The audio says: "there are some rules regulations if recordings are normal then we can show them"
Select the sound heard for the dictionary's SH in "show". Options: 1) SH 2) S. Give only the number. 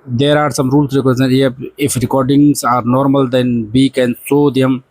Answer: 2